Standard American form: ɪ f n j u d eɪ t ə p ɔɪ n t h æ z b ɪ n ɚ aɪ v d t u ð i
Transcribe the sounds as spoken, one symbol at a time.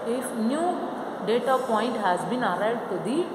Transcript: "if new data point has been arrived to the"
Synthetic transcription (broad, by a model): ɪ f n j u d eɪ t ə p ɔɪ n t h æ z b ɪ n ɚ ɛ d t u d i